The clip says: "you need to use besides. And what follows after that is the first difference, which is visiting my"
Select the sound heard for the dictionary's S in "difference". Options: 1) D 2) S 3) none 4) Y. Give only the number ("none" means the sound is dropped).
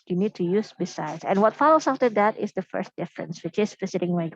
2